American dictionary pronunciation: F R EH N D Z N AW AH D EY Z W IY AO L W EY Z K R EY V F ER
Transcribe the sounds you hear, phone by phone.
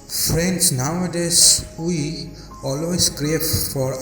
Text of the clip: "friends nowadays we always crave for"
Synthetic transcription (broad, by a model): F R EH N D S N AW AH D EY S W IY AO L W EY S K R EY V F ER